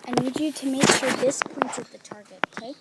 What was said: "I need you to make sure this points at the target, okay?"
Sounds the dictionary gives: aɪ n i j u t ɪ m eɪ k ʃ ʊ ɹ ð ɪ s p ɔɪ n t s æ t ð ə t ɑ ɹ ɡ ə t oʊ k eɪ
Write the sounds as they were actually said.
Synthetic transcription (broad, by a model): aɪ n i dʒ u t ɪ m eɪ k ʃ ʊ ɹ ð ɪ s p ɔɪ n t ʌ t ð ə t ɑ ɹ ɡ ə t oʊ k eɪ